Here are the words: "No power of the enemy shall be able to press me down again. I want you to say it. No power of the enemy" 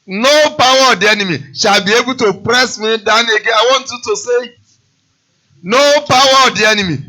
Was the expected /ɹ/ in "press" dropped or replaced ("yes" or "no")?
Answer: no